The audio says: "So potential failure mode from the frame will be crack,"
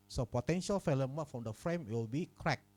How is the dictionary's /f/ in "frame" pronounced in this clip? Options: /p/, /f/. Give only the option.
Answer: /f/